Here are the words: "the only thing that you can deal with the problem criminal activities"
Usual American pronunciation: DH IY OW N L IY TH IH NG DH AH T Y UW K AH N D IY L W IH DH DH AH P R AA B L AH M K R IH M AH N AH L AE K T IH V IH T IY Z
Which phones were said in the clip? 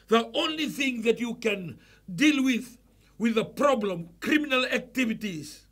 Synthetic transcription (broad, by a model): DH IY OW N L IY TH IH NG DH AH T Y UW K AH N D IY L W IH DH DH AH P R AA B L AH M K R IH M AH N AH L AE K T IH V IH T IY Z